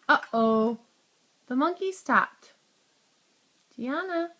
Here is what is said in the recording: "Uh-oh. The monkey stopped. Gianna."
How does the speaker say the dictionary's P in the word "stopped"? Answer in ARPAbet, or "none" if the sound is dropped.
none